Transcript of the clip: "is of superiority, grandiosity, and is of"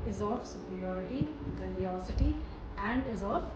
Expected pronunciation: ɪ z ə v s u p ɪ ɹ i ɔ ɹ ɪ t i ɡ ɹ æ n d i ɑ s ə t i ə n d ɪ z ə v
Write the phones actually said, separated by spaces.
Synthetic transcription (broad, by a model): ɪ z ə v s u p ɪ ɹ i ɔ ɹ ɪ t i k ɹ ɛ d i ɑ s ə t i ə n d ɪ z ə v